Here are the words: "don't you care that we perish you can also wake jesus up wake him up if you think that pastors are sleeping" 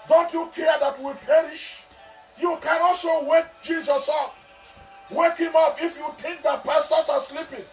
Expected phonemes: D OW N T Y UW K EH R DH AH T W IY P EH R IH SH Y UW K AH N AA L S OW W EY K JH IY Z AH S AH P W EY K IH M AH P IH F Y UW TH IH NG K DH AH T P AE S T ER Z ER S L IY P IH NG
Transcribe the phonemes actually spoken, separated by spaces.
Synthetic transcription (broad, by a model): D OW N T Y UW K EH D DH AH T W IY P EH R IH SH Y UW K AH N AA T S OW W EY K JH IY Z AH S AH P W EY K IH M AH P IH F Y UW T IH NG K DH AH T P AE S T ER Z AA S L IY P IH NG